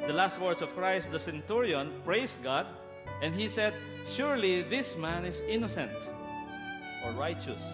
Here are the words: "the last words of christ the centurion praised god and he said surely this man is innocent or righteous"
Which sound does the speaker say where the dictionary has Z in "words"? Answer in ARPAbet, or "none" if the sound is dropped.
S